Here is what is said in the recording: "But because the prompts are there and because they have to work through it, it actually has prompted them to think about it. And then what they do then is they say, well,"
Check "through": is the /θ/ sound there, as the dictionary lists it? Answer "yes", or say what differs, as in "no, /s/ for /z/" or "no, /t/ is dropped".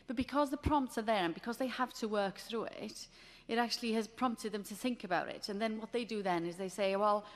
yes